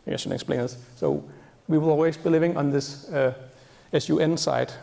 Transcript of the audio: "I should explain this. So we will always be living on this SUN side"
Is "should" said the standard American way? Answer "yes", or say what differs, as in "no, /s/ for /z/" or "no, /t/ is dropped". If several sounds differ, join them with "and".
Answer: no, /s/ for /ʃ/